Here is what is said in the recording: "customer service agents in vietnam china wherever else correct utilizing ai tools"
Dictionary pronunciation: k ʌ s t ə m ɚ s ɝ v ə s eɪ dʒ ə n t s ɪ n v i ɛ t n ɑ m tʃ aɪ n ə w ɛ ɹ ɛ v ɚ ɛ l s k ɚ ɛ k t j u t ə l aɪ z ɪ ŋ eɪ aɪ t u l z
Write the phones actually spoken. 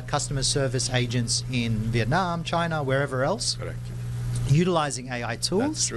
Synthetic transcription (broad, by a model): k ʌ s t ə m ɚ s ɝ v ə s eɪ dʒ ə n t s ɪ n v i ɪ t n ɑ m tʃ aɪ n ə w ɛ ɹ ɛ v ɚ ɛ l s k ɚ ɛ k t j u t ə l aɪ z ɪ ŋ eɪ aɪ t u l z